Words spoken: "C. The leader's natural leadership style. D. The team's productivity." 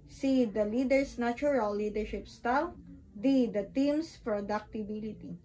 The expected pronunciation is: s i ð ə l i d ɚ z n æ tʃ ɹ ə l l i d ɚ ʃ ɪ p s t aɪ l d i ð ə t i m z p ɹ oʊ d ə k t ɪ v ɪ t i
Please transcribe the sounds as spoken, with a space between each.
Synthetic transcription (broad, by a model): s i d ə l i d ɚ s n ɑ tʃ ɹ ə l l i d ɚ ʃ ɪ p s t aɪ l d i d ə t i m s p ɹ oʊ d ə k t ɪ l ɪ t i